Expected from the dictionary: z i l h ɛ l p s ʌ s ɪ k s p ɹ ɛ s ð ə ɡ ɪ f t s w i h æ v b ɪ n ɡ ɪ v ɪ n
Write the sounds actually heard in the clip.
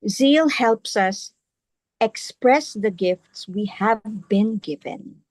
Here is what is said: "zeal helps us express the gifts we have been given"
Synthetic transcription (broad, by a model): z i l h ɛ l p s ʌ s ɪ k s p ɹ ɛ s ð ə ɡ ɪ f t s w i h æ v b ɪ n ɡ ɪ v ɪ n